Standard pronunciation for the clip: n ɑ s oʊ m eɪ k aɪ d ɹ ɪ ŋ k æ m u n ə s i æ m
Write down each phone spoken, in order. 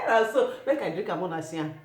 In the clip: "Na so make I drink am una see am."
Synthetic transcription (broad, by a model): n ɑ s oʊ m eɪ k aɪ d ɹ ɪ k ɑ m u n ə s i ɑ